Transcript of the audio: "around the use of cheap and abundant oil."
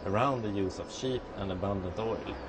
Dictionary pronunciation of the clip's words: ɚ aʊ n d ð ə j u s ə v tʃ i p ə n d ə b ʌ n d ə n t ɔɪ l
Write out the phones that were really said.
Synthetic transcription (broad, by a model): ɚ aʊ n d ð ə j u s ə v ʃ i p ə n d ə b ʌ n d ə n t ɔɪ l